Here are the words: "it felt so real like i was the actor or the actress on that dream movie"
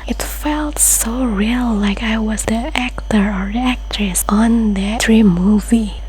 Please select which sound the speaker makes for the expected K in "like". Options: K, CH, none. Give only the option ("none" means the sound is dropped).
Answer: K